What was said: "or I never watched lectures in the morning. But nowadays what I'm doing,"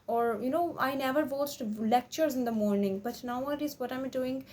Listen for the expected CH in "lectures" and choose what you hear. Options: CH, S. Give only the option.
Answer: CH